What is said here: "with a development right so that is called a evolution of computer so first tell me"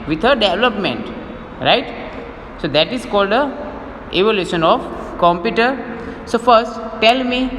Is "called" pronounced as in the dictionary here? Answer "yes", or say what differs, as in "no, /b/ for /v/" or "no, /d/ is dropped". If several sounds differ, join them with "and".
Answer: yes